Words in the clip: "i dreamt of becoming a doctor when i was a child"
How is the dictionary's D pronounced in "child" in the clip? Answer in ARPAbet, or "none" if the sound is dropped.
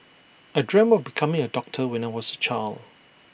none